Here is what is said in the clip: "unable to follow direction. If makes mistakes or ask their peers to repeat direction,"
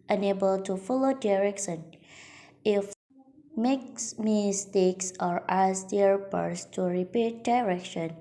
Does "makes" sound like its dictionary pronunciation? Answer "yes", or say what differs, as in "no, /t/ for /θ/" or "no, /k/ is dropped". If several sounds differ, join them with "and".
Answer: yes